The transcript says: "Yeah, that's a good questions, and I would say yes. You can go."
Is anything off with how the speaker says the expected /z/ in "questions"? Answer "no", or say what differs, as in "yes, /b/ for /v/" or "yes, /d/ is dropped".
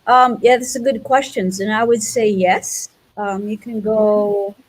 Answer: no